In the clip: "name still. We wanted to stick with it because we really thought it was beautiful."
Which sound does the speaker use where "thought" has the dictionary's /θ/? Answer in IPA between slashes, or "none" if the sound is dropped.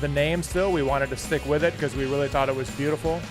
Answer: /θ/